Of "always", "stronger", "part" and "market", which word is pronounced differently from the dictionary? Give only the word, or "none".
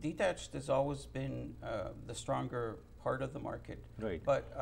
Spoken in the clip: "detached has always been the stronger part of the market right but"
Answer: none